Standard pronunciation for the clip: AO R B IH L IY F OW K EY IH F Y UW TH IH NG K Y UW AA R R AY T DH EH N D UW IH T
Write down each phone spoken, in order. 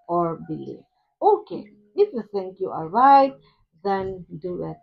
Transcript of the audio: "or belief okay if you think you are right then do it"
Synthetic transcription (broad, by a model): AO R B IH L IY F OW K EY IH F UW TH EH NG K Y UW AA L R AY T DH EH N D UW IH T